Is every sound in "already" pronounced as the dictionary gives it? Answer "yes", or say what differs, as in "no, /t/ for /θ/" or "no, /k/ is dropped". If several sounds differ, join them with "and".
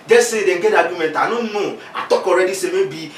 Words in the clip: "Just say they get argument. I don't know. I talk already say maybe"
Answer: yes